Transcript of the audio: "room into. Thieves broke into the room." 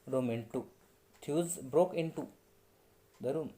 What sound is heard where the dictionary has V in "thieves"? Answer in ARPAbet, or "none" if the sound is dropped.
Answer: none